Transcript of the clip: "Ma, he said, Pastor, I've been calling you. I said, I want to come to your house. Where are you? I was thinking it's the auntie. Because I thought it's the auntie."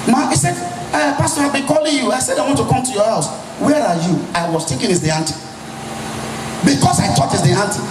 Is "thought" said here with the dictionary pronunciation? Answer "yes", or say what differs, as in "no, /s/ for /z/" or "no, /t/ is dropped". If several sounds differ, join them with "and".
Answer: no, /t/ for /θ/